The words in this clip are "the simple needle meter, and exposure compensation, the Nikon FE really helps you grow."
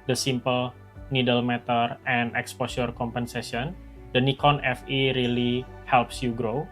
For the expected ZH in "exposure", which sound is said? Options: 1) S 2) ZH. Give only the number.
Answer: 1